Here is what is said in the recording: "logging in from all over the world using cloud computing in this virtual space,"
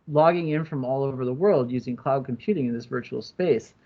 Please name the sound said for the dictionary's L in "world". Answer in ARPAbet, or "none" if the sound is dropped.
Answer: L